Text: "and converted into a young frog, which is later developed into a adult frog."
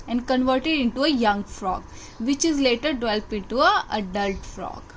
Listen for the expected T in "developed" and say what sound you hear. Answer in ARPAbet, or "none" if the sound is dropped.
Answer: none